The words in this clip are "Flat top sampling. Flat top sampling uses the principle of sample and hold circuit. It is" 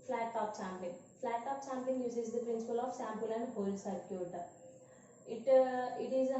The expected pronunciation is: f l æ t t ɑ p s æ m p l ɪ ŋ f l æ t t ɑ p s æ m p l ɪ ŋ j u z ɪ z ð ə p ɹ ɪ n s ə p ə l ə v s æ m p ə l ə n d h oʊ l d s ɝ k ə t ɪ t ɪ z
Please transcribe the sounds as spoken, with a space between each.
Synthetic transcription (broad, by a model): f l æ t t ɑ p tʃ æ m p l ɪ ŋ f l æ t t ɑ p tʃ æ m p ɪ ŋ j u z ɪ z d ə p ɹ ɪ n s ə p ə l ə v s æ m p ə l ə n d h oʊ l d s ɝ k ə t ɪ t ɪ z